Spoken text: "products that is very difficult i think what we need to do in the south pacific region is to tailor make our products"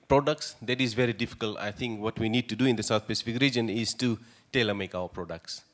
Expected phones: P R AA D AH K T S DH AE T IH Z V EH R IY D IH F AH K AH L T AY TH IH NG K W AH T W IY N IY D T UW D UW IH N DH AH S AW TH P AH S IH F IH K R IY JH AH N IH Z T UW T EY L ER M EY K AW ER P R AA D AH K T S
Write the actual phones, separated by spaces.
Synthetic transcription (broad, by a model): P R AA D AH K T S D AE T IH Z V EH R IY D IH F AH K AH L T AY T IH NG K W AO T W IY N IY D T UW D UW IH N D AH S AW T P AH S IH F IH K R IY JH AH N IH Z T UW T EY L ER M EY K AW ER P R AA D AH K T S